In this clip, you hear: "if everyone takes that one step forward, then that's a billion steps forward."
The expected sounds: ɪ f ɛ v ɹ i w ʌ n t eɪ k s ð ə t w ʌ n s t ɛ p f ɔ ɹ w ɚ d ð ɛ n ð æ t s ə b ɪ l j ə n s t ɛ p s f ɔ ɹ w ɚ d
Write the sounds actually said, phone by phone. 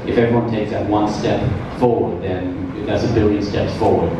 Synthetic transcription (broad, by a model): ɪ f ɛ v i w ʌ n t eɪ k s ð ə t w ʌ n s t ɛ p f ɔ ɹ w ɚ d ð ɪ n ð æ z ə b ɪ l j ə n s t ɛ p s f ɔ ɹ w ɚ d